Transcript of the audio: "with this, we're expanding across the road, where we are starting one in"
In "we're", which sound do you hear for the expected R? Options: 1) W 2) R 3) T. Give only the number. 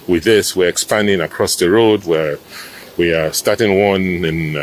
2